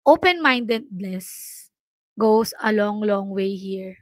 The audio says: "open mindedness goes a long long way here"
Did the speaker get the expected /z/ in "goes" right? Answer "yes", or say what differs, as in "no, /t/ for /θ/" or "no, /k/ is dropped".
no, /s/ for /z/